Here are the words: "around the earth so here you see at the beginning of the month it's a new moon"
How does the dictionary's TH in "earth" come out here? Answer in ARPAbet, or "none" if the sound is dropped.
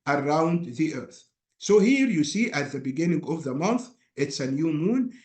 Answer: TH